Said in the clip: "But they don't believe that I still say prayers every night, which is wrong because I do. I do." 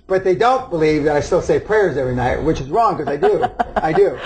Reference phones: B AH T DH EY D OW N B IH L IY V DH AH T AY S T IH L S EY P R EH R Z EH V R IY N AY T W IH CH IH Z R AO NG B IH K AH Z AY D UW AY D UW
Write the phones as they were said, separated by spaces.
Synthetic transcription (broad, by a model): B AH T DH EY D OW N B IH L IY V DH AH T AY S T IH L S EY P R EH R Z EH V R IY N AY T W IH CH IH Z R AO NG K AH Z AY D UW AY D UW